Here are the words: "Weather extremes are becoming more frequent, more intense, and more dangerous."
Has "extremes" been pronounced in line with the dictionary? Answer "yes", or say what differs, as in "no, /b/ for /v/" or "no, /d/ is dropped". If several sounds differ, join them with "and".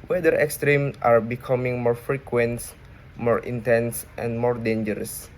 no, /z/ is dropped